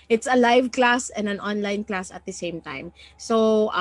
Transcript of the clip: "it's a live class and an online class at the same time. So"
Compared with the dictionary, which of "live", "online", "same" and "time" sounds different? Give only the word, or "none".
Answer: none